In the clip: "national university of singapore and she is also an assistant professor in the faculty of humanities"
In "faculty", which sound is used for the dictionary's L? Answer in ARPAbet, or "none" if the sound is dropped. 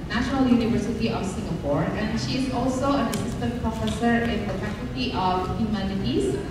none